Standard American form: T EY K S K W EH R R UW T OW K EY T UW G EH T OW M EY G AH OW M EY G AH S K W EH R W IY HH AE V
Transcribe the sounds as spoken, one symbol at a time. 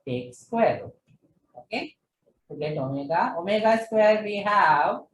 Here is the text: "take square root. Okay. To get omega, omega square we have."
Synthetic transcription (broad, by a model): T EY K S K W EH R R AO OW K EY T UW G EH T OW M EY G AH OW M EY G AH S K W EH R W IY HH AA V